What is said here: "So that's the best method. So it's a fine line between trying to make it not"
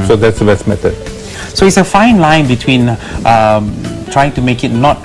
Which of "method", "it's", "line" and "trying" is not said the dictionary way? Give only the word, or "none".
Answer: method